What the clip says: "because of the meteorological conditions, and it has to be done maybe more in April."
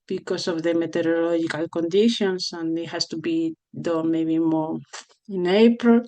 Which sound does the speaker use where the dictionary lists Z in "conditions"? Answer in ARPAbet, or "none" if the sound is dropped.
S